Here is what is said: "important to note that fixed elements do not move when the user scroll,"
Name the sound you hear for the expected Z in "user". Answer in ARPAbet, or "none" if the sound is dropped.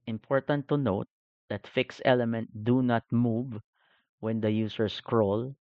S